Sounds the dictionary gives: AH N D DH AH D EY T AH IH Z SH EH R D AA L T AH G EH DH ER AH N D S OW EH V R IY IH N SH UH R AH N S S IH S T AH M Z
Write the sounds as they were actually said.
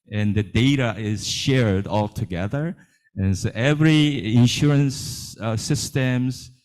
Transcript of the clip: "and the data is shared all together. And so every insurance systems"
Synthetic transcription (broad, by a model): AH N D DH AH D EY T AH IH Z SH EH R D AA L T AH G EH DH ER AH N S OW EH V R IY IH N SH UH R AH N S S IH S T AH M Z